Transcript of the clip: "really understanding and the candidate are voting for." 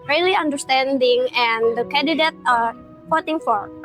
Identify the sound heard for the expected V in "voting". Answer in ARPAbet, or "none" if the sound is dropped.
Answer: F